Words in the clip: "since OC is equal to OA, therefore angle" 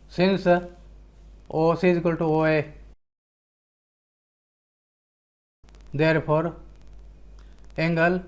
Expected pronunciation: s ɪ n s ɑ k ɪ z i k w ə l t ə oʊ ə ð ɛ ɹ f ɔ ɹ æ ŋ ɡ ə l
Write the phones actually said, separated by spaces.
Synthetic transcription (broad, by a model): s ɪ n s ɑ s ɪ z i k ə l t oʊ ə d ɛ ɹ p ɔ ɹ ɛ ŋ ɡ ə l